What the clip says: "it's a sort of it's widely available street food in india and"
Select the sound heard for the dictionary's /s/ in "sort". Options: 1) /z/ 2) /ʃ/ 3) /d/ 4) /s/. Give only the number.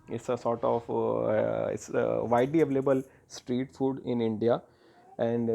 4